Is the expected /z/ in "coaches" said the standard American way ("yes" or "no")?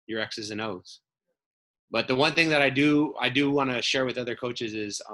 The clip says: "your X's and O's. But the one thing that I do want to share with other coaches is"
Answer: yes